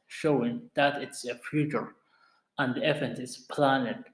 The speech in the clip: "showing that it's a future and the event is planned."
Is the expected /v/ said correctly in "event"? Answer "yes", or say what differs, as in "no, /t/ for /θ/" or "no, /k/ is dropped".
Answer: no, /f/ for /v/